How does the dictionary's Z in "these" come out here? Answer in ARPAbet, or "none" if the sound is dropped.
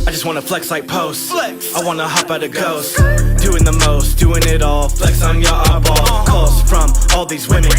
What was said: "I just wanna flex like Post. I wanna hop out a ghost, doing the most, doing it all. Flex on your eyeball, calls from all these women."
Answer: Z